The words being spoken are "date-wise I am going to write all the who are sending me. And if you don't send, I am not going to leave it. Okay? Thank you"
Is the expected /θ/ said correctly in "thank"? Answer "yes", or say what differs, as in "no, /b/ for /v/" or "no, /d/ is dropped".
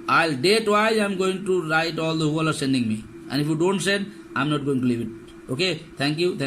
no, /t/ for /θ/